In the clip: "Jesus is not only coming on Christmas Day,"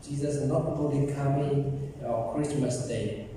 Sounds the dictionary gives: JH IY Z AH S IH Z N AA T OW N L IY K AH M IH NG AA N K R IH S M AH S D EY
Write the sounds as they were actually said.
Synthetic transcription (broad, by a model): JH IY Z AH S N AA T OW L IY K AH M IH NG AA K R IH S M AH S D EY